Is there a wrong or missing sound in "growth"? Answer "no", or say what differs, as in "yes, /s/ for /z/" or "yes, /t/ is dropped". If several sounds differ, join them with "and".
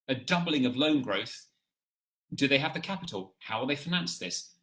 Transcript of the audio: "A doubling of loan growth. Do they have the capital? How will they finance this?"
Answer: no